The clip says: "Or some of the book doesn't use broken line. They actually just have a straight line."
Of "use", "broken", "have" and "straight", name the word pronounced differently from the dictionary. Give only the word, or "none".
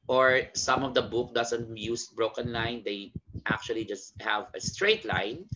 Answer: none